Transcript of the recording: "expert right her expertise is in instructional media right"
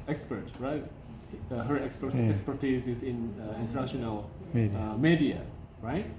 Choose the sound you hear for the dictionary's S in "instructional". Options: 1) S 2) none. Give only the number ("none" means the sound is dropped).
2